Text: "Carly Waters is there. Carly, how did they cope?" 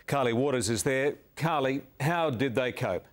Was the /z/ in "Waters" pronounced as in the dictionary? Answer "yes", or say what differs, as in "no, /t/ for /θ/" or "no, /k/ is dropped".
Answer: yes